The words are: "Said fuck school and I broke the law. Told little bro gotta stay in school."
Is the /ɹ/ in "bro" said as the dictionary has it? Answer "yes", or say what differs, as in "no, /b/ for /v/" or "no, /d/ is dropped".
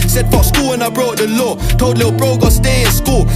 yes